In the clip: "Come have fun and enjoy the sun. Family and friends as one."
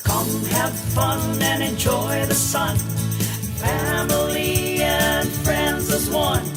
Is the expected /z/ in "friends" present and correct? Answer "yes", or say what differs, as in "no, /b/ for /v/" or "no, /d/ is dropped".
yes